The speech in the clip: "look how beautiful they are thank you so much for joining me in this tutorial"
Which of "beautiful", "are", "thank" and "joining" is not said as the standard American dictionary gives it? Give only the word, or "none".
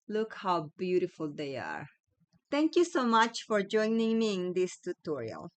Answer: thank